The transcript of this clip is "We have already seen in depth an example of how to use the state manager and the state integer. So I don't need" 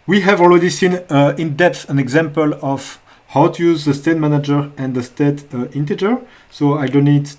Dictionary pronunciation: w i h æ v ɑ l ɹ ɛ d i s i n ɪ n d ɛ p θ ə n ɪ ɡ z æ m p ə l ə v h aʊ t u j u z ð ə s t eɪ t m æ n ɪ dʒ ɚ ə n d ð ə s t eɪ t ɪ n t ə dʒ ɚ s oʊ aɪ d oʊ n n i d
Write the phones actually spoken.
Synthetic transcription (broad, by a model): w i h æ v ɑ l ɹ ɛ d i s i n ɪ n d ɛ p θ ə n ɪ ɡ z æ m p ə l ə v h aʊ t u j u z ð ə s t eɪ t m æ n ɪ dʒ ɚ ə n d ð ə s t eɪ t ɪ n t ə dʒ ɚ s oʊ aɪ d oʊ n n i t